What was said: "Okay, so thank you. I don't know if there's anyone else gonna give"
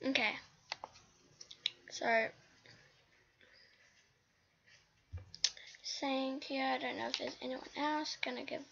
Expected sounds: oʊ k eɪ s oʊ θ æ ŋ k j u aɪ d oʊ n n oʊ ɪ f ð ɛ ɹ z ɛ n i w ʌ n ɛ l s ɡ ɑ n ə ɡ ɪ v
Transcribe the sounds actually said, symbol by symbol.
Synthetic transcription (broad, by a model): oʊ k eɪ s oʊ s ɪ ŋ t j u aɪ d oʊ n n oʊ ɪ f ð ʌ ɹ z ɛ n i w ʌ n ɛ l s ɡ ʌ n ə ɡ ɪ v